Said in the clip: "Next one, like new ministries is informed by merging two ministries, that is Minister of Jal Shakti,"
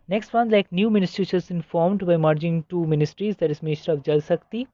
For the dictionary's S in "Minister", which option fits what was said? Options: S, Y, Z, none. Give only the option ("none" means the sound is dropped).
none